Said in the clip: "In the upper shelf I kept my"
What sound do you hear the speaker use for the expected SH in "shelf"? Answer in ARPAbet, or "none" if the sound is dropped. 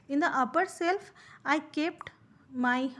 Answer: S